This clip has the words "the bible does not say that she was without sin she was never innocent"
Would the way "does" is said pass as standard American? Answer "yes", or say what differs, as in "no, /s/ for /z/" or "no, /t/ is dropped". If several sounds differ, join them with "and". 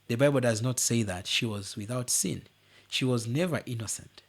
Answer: yes